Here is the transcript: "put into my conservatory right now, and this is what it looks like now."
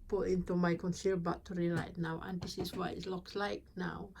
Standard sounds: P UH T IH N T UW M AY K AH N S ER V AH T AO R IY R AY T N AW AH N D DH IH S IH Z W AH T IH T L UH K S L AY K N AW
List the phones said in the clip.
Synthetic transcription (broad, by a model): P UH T IH N T UW M AY K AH N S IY B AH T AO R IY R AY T N AW AH N D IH S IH S W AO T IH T L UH K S L AY K N AW